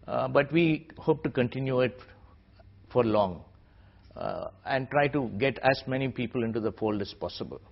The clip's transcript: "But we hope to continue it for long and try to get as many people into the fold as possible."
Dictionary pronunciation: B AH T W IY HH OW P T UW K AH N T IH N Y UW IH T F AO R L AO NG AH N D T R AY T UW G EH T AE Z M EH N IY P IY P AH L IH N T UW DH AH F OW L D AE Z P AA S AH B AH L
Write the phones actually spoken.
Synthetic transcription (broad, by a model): B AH T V IY HH OW P T UW K AH N T IH N Y UW IH T F AO R L AO NG AH N D T R AY T UW G EH T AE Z M EH N IY P IY P AH L IH N T UW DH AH F OW L D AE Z P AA S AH B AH L